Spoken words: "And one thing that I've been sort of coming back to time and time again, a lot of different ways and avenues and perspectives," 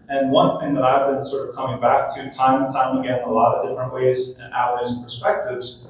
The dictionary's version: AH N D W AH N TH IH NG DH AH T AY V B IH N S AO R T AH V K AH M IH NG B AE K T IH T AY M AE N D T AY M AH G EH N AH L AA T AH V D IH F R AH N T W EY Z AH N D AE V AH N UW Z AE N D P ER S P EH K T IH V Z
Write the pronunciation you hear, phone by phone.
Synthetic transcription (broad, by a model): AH N W AH N TH IH NG DH AH T AY V B IH N S AO R T AH V K AH M IH NG B AE K T IH T AY M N T AY M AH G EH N AH L AA T AH V D IH F R AH N T W EY Z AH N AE AH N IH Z P ER S P EH K T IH V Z